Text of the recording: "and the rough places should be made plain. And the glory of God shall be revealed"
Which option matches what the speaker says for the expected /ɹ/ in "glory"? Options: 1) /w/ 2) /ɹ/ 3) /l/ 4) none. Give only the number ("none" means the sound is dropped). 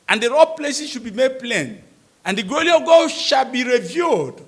3